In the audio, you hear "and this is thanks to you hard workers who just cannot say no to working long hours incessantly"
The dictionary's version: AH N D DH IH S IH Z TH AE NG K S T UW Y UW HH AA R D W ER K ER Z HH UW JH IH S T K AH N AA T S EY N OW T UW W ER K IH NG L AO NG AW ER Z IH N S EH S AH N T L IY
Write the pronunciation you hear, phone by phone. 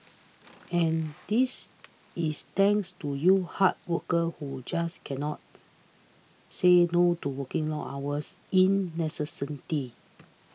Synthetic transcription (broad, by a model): AH N D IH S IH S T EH NG K S T UW Y UW HH AA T W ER K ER HH UW JH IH S K AH N AA T S EY N OW T UW W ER K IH NG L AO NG AW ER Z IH N S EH S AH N T IY